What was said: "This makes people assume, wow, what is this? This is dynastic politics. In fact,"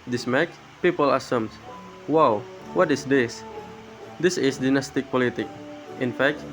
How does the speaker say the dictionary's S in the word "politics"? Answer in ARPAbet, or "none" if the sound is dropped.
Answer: none